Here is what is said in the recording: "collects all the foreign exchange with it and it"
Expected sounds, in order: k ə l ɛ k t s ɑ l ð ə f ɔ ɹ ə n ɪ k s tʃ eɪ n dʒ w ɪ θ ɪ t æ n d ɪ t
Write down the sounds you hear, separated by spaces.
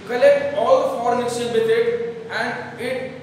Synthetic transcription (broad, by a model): k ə l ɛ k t ɑ l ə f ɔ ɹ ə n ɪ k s eɪ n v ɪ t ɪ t æ n d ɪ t